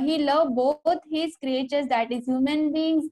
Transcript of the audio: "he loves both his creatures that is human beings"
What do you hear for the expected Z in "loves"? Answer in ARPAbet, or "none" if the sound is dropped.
none